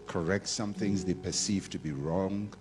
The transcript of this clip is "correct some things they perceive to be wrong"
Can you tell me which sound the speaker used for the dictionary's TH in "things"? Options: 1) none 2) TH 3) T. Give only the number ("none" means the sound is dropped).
2